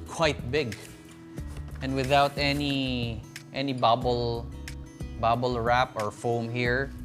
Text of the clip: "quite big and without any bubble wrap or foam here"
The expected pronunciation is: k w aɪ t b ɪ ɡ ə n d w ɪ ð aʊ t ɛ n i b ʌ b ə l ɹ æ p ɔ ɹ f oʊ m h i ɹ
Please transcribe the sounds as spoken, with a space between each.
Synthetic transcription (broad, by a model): k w aɪ t b ɪ ɡ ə n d w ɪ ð aʊ t ɛ n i b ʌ b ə l ɹ æ p ɔ ɹ f oʊ m h i ɹ